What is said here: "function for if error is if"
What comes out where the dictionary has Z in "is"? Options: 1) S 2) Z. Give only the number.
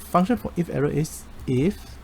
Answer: 1